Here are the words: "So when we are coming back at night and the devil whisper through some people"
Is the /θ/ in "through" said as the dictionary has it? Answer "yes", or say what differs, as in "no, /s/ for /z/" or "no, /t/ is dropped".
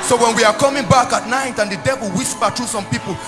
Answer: no, /t/ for /θ/